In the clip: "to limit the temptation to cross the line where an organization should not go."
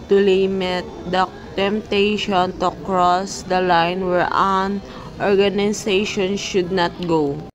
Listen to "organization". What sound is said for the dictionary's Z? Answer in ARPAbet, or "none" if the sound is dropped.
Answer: S